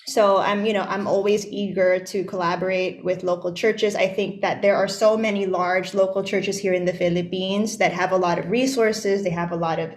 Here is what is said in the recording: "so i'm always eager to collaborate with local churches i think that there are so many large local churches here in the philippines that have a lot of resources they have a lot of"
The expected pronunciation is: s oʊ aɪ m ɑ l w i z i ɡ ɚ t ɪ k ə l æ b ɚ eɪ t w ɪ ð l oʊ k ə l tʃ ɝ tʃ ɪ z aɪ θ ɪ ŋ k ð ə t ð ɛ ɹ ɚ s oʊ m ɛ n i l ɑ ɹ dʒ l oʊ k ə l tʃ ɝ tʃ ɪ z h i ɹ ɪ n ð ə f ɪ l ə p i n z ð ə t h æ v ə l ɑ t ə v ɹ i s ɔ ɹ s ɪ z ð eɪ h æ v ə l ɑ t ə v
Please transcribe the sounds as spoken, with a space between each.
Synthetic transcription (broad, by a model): s oʊ aɪ m ɑ l w i z i ɡ ɚ t ɪ k ə l æ b ɚ eɪ t w ɪ ð l oʊ k l tʃ ɝ tʃ ɪ z aɪ θ ɪ ŋ k ð ə t ð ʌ ɹ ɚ s oʊ m ɛ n i l ɑ ɹ dʒ l oʊ k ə l tʃ ɝ tʃ ɪ z h i ɹ ɪ n ð ə f ɪ l ə p i n z ð ə t h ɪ v ə l ɑ t ə v ɹ i s ɔ ɹ s ɪ z ð eɪ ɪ v ə l ɑ t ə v